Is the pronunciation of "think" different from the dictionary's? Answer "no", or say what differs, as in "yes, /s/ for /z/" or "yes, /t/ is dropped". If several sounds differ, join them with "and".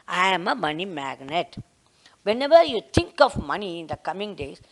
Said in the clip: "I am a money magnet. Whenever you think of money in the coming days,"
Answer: yes, /t/ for /θ/